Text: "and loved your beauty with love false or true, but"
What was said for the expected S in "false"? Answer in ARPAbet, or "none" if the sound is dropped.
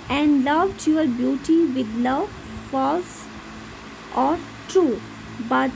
S